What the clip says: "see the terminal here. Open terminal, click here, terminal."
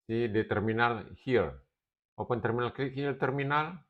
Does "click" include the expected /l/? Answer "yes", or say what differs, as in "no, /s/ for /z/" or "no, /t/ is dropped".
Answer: no, /l/ is dropped